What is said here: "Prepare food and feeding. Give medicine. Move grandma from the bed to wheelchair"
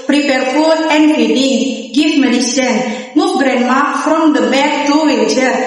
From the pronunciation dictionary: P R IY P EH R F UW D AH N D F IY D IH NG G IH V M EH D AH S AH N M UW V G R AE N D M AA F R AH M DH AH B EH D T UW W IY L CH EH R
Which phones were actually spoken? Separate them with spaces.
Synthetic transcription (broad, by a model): P R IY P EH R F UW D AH N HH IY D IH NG G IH F M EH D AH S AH N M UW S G R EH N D M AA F R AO M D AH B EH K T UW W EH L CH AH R